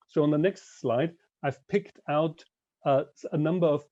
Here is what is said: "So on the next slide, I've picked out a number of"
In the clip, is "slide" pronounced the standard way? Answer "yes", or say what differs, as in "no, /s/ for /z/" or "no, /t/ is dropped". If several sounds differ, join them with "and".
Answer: yes